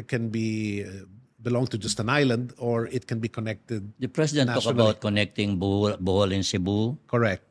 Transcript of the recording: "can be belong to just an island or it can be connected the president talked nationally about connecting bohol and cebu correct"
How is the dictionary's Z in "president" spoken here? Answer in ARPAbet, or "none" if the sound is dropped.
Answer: S